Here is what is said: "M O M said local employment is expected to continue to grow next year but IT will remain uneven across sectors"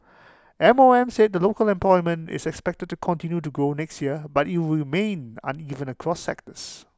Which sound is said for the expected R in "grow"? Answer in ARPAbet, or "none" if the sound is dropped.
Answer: none